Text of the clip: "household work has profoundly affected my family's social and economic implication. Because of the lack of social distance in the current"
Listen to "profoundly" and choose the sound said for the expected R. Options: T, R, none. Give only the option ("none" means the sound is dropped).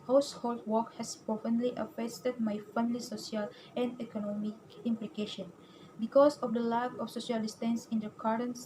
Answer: none